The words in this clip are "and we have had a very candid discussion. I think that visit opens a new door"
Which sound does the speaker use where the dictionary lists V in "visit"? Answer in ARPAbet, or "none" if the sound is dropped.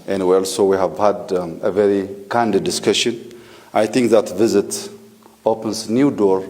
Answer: V